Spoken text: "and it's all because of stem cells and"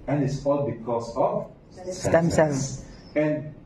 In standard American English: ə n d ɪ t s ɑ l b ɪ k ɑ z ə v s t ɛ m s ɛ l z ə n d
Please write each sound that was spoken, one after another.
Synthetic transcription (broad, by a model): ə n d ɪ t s ɑ l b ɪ k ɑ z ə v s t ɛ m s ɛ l ə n